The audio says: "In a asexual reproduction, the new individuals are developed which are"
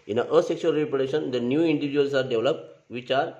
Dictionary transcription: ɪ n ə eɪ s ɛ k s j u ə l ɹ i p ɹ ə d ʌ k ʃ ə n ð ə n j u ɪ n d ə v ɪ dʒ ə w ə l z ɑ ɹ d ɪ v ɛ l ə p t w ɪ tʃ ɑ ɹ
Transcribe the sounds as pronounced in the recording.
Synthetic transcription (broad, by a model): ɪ n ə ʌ s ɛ k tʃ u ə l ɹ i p ə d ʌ ʃ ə n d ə n j u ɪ n d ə v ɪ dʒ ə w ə l s ɑ ɹ d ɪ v l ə p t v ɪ tʃ ɑ ɹ